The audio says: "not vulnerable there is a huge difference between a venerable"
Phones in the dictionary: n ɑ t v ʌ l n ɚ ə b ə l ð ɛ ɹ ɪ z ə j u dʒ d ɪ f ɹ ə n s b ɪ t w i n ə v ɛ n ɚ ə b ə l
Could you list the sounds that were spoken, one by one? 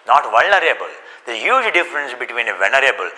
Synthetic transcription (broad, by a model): n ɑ t v ʌ l n ɚ ə b ə l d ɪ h j u dʒ d ɪ f ɹ ə n s b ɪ t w i n ə v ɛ n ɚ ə b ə l